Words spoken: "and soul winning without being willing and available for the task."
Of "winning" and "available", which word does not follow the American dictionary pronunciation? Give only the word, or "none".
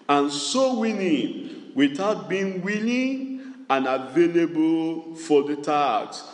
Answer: winning